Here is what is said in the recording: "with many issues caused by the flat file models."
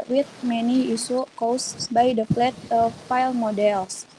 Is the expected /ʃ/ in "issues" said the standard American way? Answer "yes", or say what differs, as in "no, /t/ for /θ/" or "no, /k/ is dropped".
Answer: no, /s/ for /ʃ/